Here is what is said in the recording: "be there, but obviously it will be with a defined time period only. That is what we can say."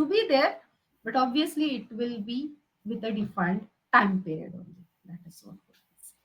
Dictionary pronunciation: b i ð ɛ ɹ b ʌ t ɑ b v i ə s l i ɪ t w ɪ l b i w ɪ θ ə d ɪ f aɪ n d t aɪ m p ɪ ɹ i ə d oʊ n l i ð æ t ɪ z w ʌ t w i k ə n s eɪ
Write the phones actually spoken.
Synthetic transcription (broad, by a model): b i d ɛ ɹ b ʌ t ɑ b v i ə s l i ɪ t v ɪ l b i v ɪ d ə d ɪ f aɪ n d t aɪ m p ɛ ɹ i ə d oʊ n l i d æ t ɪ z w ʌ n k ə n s